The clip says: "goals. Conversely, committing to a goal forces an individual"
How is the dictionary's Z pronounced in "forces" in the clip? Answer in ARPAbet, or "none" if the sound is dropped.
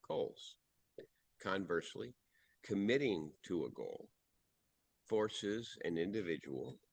Z